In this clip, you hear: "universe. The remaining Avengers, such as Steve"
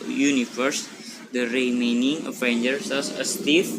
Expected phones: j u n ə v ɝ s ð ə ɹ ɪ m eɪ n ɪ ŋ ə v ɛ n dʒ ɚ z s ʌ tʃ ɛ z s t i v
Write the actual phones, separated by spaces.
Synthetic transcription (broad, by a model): j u n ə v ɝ s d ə ɹ ɪ m eɪ n ɪ ŋ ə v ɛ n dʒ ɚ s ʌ s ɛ s t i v